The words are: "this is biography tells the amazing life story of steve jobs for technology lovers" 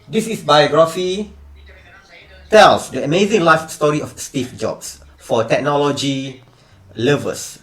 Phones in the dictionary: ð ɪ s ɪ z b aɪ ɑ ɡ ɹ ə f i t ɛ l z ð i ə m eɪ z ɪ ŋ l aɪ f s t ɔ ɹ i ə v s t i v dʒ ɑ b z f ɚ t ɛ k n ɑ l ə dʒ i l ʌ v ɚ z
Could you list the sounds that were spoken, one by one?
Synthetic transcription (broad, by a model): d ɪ s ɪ s b aɪ ɑ ɡ ɹ ə f i t ɛ l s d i ə m eɪ z ɪ ŋ l aɪ f s t ɔ ɹ i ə f s t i f dʒ ɑ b s f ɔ t ɛ k n ɑ l ə dʒ i l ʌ v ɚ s